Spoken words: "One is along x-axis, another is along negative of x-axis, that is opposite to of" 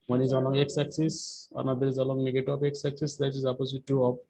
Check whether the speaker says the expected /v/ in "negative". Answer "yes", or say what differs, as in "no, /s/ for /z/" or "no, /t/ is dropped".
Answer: no, /p/ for /v/